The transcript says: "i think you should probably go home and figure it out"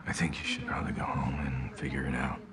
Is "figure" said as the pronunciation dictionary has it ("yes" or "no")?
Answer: yes